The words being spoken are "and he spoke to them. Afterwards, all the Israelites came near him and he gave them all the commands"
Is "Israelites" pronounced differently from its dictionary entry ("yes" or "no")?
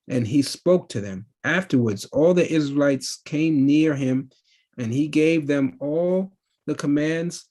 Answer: no